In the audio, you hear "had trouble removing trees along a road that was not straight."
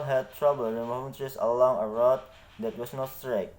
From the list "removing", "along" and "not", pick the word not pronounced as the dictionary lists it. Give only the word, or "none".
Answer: removing